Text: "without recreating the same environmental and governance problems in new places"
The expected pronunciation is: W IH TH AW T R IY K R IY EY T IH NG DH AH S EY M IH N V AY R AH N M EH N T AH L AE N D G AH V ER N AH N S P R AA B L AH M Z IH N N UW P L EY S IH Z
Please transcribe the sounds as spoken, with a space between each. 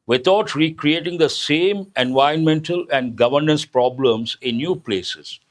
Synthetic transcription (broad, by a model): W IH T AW T R IY K R IY EY T IH NG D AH S EY M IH N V AY AH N M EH N T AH L AE N D G AH V ER N AH N S P R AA B L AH M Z IH N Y UW P L EY S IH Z